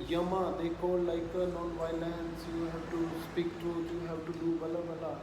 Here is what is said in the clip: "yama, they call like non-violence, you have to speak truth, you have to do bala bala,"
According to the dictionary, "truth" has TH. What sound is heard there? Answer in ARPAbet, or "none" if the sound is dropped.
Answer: T